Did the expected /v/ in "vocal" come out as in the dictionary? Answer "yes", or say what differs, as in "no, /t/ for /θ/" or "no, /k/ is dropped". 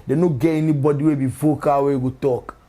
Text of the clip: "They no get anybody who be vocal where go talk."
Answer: no, /f/ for /v/